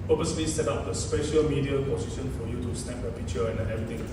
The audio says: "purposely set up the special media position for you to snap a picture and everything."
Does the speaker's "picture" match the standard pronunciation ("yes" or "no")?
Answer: no